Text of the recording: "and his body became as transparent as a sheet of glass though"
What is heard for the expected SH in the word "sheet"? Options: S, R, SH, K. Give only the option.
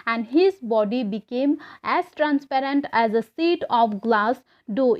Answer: S